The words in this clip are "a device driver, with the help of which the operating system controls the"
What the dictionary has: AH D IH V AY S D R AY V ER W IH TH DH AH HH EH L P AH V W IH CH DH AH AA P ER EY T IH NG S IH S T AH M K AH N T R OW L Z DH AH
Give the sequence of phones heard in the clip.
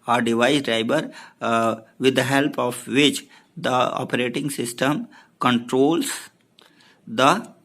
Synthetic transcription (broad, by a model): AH D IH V AY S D R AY B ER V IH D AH HH EH L P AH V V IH CH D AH AA P ER EY T IH NG S IH S T AH M K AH N T R OW L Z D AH